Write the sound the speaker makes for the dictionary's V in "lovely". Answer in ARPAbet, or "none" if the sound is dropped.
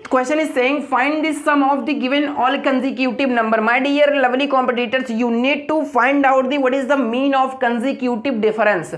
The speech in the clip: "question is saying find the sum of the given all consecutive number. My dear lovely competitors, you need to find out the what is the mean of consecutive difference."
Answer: V